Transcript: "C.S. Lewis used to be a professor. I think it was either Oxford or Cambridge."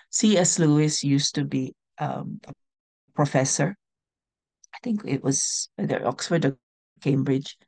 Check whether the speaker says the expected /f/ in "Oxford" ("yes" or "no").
yes